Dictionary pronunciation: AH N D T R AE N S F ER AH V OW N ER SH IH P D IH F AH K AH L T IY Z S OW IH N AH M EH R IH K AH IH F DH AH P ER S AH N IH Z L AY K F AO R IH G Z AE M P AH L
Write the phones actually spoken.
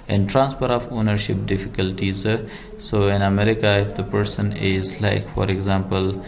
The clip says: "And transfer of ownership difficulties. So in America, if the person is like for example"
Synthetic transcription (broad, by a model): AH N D T R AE N S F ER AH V OW N ER SH IH P D IH F AH K AH L T IY Z S OW IH N AH M EH R IH K AH IH F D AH P ER S AH N IH Z L AY K F AO R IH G Z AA M P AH L